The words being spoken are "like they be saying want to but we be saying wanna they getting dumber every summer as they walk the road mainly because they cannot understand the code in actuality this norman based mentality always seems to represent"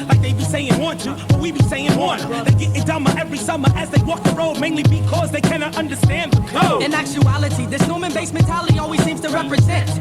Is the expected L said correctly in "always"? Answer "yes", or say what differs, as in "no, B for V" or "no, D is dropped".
yes